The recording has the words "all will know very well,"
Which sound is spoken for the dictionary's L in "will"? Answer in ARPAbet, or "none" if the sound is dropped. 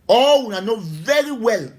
N